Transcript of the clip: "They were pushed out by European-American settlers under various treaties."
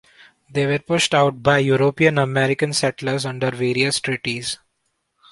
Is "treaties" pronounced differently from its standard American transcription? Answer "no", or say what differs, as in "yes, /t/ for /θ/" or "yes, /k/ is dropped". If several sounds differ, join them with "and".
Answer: no